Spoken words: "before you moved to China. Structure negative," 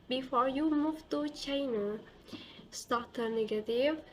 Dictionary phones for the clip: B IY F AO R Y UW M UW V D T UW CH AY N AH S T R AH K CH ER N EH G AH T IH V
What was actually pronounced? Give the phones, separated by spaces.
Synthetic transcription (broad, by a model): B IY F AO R Y UW M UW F T UW CH AY N AH S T AH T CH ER N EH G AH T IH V